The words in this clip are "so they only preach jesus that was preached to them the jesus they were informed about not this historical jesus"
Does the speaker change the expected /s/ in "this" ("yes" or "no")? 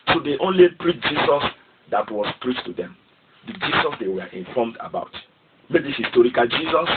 yes